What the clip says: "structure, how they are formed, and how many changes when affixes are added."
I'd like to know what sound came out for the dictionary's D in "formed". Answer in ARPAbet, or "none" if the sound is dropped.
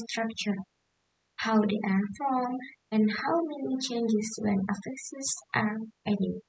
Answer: none